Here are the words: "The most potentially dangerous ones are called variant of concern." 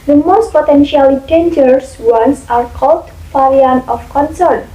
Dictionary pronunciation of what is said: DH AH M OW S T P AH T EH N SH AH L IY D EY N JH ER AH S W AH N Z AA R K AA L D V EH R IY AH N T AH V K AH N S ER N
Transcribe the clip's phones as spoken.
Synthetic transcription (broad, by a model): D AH M OW S T P AH T EH N SH AH L IY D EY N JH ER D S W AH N S AA R K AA L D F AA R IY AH N AH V K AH N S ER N